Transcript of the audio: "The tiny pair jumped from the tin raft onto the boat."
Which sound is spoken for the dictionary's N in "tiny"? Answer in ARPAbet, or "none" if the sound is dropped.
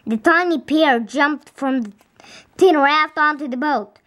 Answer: N